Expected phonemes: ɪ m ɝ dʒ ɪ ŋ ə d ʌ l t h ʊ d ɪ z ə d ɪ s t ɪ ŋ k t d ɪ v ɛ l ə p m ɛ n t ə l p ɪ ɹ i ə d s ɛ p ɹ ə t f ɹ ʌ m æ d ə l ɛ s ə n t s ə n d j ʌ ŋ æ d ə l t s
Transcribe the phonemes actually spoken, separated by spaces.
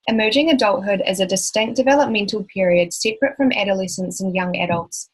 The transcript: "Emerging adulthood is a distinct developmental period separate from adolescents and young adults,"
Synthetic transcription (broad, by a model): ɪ m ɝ dʒ ɪ ŋ ə d ʌ l t h ʊ d ɪ z ə d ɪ s t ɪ ŋ k d ɪ v ɛ l ə p m ɛ n t ə l p ɪ ɹ i ə d s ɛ p ɹ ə t f ɹ ʌ m æ d ə l ɛ s ə n t s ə n j ʌ ŋ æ d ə l t s